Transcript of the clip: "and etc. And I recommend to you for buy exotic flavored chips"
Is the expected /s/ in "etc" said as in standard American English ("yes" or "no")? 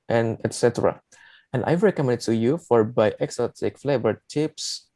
yes